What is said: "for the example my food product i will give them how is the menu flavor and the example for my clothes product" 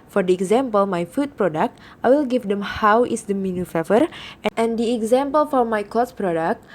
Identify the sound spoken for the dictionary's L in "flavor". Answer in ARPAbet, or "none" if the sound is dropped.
none